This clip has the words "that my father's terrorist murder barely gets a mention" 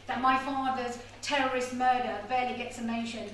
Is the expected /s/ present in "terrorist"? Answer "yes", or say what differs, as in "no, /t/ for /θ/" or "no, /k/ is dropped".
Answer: yes